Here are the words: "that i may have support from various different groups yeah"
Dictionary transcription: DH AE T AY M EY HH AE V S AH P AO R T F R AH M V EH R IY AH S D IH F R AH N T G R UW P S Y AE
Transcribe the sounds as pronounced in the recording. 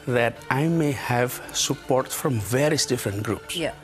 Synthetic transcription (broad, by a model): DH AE T AY M EY HH AE V S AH P AO R T F R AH M V EH R IY AH S D IH F R AH N T G R UW P S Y